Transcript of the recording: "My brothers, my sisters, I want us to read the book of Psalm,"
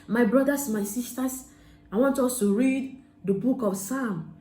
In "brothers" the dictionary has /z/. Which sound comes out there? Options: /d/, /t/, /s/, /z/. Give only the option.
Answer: /s/